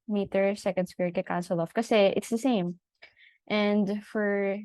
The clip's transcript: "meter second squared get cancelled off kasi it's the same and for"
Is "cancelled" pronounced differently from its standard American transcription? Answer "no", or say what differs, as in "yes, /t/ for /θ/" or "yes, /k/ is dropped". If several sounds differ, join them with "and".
yes, /d/ is dropped